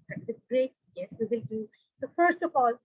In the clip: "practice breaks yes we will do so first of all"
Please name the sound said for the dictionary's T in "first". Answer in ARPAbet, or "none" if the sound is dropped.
T